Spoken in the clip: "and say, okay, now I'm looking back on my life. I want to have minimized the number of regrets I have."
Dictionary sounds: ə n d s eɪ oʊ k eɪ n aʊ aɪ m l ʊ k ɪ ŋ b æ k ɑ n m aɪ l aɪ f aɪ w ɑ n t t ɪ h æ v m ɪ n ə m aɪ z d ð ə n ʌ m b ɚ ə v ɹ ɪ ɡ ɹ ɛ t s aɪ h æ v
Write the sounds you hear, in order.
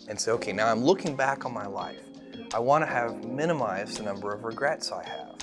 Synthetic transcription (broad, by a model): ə n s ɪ oʊ k eɪ n aʊ aɪ m l ʊ k ɪ ŋ b æ k n m aɪ l aɪ f aɪ w ɑ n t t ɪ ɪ v m ɪ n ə m aɪ z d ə n ʌ m b ɚ ə v ɹ ɪ ɡ ɹ ɛ t s aɪ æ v